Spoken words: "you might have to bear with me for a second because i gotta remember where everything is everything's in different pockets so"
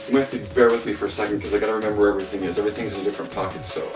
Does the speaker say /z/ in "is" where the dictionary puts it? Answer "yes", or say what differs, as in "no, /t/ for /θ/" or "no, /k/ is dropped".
yes